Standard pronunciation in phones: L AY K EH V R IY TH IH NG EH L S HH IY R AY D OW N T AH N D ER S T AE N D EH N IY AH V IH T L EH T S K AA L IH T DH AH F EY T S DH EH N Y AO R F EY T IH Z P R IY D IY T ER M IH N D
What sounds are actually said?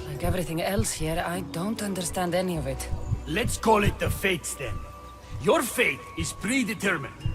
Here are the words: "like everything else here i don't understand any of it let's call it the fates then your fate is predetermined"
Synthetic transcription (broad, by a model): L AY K EH V R IY TH IH NG EH L S HH IY R AY D OW N T AH N D ER S T AE N D EH N IY AH V IH T L EH T S K AA L IH T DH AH F EY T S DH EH N Y AO R F EY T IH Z P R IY D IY T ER M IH N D